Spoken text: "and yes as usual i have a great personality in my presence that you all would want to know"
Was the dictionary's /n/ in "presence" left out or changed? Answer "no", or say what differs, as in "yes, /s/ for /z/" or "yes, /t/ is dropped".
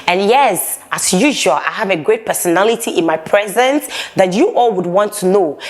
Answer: no